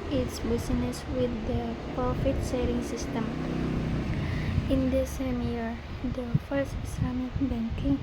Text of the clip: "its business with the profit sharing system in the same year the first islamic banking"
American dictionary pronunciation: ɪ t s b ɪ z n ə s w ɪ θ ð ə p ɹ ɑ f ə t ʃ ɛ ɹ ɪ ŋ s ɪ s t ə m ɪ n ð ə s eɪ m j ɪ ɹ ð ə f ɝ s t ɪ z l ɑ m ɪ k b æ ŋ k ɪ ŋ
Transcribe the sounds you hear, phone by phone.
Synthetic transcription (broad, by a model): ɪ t s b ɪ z n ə s w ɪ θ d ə p ɹ ɑ f ə t s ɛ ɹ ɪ ŋ s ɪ s t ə m ɪ n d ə s eɪ m j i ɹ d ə f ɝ s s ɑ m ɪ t b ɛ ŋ k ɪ ŋ